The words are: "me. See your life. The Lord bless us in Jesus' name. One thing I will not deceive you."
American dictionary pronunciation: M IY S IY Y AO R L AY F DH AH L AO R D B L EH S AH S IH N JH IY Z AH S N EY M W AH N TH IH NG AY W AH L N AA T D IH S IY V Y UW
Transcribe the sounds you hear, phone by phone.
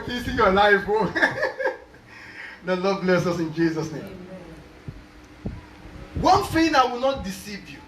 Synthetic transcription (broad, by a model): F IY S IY Y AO L AY F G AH L AO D B L EH S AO S IH N JH IY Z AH S N EY M W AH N F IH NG AY W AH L N AA T D IH S IY V Y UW